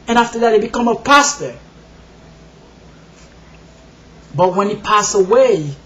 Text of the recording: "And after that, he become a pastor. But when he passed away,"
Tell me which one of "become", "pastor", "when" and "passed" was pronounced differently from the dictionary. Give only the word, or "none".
passed